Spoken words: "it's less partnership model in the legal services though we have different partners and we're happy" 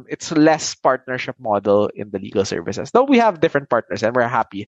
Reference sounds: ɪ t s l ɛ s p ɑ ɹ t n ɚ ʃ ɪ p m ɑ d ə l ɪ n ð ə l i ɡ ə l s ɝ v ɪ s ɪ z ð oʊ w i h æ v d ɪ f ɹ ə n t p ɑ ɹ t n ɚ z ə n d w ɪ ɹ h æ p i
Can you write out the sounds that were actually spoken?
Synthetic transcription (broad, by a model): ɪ t s l ɛ s p ɑ ɹ t n ɚ ʃ ɪ p m ɑ d ə l ɪ n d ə l i ɡ ə l s ɝ v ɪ s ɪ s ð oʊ w i h æ v d ɪ f ɹ ə n t p ɑ ɹ t n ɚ s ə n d w ɪ ɹ h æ p i